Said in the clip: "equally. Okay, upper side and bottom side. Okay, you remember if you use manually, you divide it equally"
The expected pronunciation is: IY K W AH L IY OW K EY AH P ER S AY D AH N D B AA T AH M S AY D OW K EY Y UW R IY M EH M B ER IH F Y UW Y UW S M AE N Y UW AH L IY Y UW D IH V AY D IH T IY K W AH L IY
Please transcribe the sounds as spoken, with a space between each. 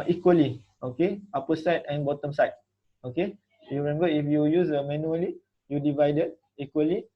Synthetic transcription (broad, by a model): IY K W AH L IY OW K EY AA P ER S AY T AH N B AA T AH M S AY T OW K EY Y UW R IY M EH M B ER IH F Y UW Y UW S M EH N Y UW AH L IY Y UW D IH V AY D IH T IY K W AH L IY